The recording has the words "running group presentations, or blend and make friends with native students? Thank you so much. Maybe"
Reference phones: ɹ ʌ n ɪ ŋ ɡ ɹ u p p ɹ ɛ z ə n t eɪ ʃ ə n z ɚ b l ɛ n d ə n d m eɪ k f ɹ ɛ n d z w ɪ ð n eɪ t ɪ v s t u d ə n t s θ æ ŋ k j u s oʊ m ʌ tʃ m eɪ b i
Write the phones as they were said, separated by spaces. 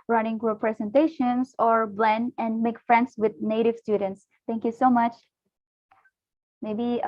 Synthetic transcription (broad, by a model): ɹ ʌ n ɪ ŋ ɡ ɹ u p p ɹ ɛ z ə n t eɪ ʃ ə n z ɚ b l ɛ n ə n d m eɪ k f ɹ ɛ n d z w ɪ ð n eɪ t ɪ v s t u d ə n t s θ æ ŋ k j u s oʊ m ʌ tʃ m eɪ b i